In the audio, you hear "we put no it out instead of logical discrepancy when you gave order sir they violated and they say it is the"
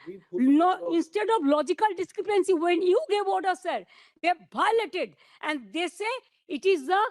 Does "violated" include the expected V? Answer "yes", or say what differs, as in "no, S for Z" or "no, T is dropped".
no, B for V